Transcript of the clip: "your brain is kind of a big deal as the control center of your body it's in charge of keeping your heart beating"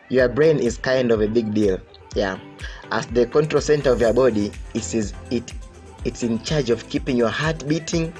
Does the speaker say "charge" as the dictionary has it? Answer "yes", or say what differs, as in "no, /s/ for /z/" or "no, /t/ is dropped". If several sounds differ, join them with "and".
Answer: yes